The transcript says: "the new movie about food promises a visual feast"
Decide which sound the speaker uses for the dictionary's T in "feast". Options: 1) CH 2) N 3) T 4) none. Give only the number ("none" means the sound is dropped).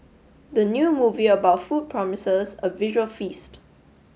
3